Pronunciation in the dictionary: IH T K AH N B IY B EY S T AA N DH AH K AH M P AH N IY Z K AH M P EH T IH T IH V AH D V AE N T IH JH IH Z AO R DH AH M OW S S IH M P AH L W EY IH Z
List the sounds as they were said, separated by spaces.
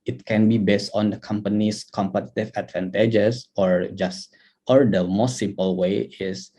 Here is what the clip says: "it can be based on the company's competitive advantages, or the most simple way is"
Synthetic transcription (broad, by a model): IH T K AH N B IY B EY S T AA N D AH K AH M P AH N IY S K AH M P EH T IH T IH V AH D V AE N T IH JH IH S AO R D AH M OW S S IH M P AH L W EY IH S